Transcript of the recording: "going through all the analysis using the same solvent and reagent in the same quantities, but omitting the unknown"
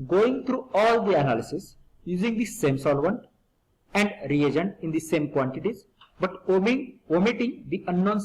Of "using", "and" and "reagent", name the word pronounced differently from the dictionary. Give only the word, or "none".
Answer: none